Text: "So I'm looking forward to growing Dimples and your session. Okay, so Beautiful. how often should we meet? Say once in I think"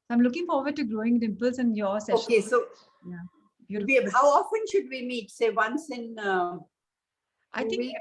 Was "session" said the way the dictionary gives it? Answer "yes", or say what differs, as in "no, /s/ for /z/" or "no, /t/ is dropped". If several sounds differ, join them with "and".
no, /ʃ/ is dropped